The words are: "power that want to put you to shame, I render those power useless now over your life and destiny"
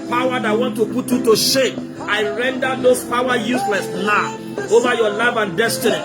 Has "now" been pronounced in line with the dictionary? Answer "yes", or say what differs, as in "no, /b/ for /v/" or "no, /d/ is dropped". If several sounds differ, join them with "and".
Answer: no, /l/ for /n/